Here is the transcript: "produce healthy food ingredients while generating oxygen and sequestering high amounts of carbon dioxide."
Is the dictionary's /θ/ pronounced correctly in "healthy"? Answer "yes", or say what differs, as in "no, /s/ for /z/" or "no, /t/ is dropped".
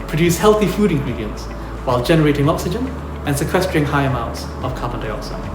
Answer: yes